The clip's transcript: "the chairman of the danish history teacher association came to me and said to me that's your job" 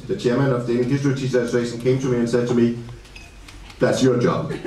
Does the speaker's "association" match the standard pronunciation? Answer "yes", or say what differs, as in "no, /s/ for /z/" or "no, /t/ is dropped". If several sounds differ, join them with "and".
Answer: no, /s/ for /ʃ/